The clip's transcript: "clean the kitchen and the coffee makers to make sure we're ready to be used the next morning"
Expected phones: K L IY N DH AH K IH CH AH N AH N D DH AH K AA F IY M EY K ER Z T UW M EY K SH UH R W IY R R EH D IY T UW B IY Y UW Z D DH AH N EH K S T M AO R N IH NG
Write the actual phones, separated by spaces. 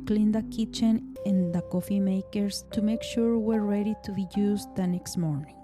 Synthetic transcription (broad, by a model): K L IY N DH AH K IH CH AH N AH N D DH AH K AA F IY M EY K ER S T UW M EY K SH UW R W IY R R EH D IY T UW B IY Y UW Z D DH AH N EH K S T M AO R N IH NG